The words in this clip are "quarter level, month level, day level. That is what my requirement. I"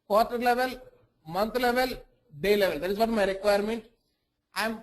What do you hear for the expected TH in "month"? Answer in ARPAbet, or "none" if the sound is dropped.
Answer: T